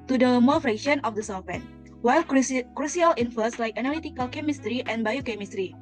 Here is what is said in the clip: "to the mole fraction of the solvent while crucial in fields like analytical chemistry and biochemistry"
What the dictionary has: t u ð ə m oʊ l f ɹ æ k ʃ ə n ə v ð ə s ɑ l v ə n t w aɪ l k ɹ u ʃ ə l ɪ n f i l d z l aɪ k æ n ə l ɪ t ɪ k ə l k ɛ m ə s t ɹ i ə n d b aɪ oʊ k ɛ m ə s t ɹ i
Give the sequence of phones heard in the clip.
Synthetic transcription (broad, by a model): t u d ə m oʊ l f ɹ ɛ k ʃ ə n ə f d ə s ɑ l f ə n w aɪ l k ɹ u s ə l ɪ n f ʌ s l aɪ k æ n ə l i t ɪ k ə l k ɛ m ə s t ɹ i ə n b aɪ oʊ k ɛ m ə s t ɹ i